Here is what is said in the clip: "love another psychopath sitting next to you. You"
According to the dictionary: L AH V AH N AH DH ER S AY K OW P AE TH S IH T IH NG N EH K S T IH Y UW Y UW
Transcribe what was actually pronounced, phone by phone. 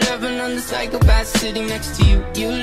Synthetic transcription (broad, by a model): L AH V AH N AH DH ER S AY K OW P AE S S IH T IH NG N EH K S T IH Y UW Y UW